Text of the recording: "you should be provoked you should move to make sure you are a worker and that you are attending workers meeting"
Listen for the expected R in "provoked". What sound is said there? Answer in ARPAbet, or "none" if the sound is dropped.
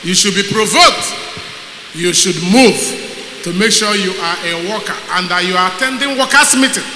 R